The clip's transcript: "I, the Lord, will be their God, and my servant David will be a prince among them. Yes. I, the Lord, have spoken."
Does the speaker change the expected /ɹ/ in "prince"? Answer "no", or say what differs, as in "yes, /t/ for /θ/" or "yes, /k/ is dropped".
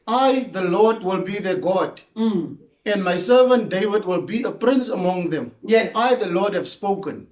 no